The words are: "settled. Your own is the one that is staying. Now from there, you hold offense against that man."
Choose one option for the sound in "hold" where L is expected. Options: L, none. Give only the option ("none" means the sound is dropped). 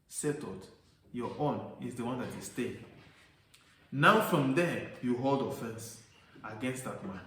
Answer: L